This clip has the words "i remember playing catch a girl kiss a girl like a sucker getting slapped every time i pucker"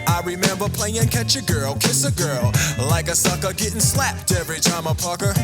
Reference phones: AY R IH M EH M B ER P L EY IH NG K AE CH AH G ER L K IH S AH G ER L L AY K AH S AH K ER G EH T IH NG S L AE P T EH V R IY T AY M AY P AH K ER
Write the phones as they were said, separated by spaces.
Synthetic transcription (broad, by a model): AY R IH M EH M B ER P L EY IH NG K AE CH AH G ER L K IH S AH G ER L L AY K AH S AH K ER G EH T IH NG S L AE P T EH V R IY T AY M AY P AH K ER